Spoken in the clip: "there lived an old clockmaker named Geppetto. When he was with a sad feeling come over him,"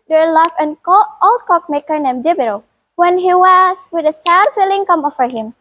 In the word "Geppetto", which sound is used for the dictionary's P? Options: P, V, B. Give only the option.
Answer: B